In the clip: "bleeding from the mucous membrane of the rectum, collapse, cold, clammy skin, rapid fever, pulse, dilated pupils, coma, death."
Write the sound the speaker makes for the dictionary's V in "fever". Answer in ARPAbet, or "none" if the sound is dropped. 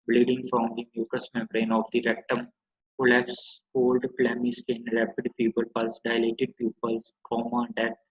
P